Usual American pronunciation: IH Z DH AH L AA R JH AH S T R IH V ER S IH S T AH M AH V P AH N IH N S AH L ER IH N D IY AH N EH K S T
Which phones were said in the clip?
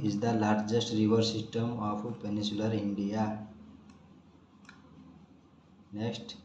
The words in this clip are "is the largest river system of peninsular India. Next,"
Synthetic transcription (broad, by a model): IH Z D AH L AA R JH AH S T R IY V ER S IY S T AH M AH P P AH N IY S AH L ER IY N D IY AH N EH K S T